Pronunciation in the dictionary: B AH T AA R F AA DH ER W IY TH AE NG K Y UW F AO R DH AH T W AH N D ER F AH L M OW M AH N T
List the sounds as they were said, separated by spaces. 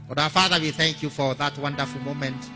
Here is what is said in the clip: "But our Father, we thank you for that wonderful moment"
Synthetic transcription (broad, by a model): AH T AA F AA DH ER W IY TH AE NG K Y UW F AO R DH AH T W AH N D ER F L M OW M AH N T